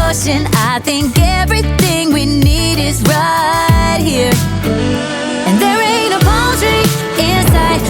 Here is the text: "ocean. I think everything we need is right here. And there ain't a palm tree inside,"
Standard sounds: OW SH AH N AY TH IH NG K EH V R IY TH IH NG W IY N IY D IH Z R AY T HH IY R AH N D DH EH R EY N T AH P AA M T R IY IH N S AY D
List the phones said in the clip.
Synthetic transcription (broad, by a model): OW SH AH N AY TH IH NG K EH V R IY TH IH NG W IY N IY D IH Z R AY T HH IY R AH N DH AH R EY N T AH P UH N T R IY IH N S AY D